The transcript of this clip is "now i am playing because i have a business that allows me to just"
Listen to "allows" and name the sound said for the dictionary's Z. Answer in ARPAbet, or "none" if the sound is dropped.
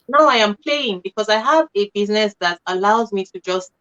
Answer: Z